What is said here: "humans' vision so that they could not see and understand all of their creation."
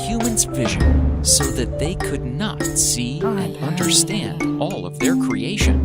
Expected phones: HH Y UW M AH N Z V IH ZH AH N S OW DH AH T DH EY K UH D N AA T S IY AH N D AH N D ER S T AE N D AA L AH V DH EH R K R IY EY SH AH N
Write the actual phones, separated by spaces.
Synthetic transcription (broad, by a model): HH Y UW M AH N Z V IH ZH AH N S OW DH AH T DH EY K UH D N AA T S IY AH N D AH N D ER S T AE N D AA L AH V DH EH R K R IY EY SH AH N